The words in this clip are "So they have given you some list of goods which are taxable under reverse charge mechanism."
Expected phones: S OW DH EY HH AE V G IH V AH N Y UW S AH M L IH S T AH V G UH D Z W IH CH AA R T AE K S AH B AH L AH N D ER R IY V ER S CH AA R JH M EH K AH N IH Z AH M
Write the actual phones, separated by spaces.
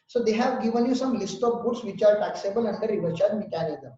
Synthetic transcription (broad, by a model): S OW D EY HH AE V G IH V AH N Y UW S AH M L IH S T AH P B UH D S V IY CH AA R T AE K S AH B AH L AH N D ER R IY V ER CH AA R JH M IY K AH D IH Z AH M